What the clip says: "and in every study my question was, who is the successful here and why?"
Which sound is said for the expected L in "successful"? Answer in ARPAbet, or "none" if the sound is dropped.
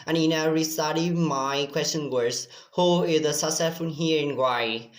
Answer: N